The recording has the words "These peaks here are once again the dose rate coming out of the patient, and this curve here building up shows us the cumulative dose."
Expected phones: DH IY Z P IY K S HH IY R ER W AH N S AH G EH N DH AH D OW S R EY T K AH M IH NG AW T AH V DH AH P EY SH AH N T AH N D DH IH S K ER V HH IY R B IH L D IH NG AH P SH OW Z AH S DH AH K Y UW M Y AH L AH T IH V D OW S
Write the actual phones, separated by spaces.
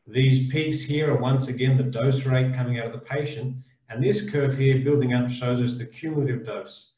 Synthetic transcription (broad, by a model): DH IY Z P IY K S HH IY R ER W AH N S AH G EH N DH AH D OW S R EY T K AH M IH NG AW T AH V DH AH P EY SH AH N T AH N DH IH S K ER V HH IY R B IH L D IH NG AH P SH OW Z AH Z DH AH K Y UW M Y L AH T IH V D OW S